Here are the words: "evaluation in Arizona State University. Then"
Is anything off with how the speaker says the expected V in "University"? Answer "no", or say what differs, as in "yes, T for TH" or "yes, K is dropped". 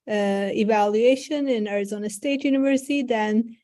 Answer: no